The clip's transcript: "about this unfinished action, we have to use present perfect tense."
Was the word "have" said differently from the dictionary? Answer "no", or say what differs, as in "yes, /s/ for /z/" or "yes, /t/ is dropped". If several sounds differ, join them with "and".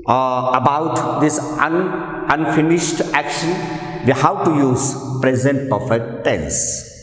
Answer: yes, /w/ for /v/